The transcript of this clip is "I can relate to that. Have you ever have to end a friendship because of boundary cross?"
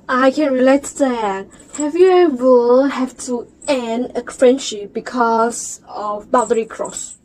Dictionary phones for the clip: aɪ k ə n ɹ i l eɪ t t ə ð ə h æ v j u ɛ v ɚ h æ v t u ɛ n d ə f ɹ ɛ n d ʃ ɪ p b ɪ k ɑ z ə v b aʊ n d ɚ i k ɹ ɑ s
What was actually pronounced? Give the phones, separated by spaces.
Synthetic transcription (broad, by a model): aɪ k ə n ɹ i l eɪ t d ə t h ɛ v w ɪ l h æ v t u ɛ n d ə f ɹ ɛ n d ʃ ɪ p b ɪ k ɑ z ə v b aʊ d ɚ i k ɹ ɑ s